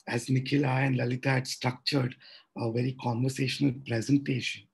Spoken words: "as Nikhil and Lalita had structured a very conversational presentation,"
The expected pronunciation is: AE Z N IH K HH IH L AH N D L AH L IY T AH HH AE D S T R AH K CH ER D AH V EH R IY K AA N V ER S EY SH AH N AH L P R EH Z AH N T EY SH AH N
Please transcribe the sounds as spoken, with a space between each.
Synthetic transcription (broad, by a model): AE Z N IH K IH L AH N D L AH L IY T AH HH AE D S T R AH K CH ER D AH V EH R IY K AA N V ER S EY SH AH N AH L P R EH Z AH N T EY SH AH N